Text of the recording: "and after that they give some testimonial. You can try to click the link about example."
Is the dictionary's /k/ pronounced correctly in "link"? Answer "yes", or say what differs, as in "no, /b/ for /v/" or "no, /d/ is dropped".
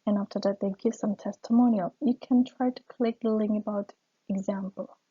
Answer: no, /k/ is dropped